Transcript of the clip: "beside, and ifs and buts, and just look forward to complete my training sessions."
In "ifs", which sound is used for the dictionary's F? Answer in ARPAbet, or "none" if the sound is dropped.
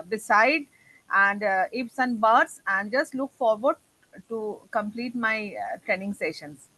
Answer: P